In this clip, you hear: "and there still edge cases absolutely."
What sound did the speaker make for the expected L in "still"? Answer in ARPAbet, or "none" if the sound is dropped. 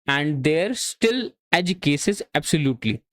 L